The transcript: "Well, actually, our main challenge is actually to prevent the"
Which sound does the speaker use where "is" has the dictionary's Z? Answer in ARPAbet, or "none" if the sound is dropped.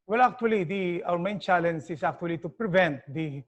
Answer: S